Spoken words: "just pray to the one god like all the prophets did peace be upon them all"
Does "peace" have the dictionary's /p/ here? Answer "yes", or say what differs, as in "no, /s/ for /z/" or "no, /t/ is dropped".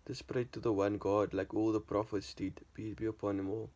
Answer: no, /b/ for /p/